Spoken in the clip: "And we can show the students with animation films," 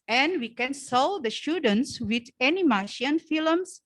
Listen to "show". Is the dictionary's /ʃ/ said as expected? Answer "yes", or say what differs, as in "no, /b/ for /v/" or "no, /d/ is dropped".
no, /s/ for /ʃ/